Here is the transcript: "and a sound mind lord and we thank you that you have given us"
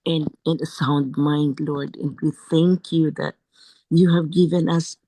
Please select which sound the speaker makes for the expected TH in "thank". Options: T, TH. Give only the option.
TH